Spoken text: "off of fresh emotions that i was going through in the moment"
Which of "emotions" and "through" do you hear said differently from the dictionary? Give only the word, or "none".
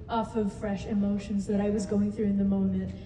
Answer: none